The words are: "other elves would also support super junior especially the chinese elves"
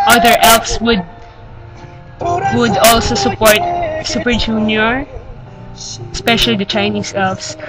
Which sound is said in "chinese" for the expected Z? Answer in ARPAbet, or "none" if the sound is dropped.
S